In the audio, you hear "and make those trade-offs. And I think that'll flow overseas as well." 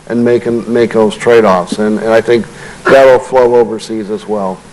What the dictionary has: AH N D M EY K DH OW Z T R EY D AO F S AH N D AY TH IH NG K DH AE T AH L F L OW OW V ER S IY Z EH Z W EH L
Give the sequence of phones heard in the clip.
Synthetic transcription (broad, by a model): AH N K M EY K DH OW Z T R EY D AO F S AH N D AY TH IH NG K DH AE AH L F L OW OW V ER S IY Z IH Z W EH L